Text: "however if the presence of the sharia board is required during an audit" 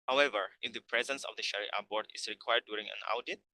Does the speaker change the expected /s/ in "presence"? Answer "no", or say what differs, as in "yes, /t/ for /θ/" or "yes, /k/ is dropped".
no